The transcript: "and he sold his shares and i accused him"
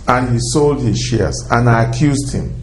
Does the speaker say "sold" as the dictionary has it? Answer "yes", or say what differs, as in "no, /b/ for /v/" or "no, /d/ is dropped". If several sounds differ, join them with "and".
yes